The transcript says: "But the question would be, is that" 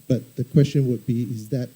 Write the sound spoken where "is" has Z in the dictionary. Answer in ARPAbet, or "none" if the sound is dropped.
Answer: Z